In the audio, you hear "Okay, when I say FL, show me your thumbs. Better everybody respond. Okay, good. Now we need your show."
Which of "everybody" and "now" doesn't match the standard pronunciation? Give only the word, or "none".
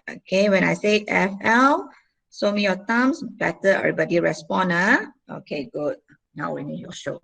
everybody